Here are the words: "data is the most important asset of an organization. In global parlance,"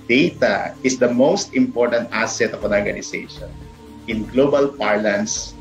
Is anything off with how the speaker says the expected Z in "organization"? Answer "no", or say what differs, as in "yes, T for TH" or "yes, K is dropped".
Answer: yes, S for Z